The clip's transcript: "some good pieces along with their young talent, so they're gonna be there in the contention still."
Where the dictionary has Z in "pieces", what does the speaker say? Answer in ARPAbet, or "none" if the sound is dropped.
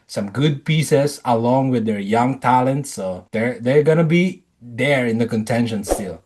S